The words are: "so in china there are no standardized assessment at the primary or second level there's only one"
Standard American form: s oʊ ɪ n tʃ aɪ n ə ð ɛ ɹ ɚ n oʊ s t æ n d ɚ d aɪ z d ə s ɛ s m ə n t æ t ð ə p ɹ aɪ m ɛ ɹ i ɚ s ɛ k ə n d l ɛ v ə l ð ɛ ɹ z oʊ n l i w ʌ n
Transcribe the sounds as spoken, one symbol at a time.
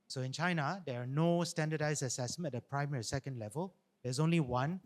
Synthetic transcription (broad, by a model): s oʊ ɪ n tʃ aɪ n ə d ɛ ɹ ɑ n oʊ s t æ n d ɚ d aɪ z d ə s ɛ s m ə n ɛ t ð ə p ɹ aɪ m ɛ ɹ i s ɛ k ə n d l ɛ v ə l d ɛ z oʊ n l i w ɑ n